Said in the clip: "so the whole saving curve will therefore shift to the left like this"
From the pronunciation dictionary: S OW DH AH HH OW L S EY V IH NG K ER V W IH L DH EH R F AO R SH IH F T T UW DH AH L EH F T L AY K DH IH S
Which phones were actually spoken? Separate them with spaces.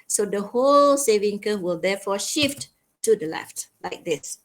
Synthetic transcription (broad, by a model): S OW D AH HH OW L S EY V IH NG K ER W IH L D EH F AO SH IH F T T UW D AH L EH F T L AY K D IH S